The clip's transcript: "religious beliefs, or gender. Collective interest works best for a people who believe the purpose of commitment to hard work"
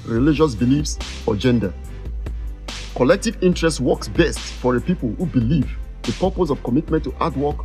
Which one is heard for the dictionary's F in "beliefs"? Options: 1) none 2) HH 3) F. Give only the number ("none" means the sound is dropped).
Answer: 3